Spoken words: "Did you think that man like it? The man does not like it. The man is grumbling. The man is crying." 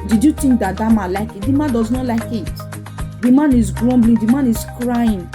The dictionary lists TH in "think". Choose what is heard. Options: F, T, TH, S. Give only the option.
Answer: T